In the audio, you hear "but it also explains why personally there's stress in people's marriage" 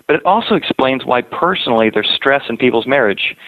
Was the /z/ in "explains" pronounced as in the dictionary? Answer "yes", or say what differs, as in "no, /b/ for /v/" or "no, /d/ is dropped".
yes